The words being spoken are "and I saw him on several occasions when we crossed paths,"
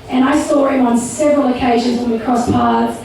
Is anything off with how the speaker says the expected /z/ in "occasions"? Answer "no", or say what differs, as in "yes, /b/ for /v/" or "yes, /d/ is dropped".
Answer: no